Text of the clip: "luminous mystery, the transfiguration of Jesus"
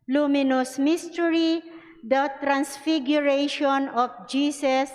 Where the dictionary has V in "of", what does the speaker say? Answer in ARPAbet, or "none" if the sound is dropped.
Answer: F